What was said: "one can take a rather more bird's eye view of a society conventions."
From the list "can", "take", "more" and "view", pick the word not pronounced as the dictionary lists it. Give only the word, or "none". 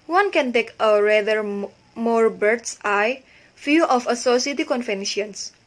view